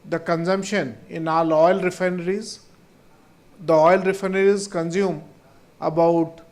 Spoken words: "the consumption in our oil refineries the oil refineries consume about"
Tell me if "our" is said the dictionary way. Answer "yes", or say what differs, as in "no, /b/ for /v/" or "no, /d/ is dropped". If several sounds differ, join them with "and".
no, /l/ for /ɹ/